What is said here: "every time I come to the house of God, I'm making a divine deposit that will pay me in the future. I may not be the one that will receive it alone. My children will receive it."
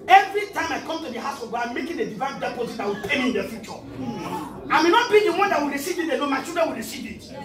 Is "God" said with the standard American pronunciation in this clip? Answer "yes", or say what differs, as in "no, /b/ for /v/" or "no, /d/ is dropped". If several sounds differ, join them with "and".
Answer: no, /d/ is dropped